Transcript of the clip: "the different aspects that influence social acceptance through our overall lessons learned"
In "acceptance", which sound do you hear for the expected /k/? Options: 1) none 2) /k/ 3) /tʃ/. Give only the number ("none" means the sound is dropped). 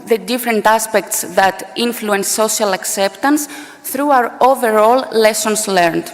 2